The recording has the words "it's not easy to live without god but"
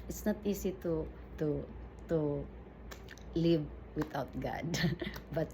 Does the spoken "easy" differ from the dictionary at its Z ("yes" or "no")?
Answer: yes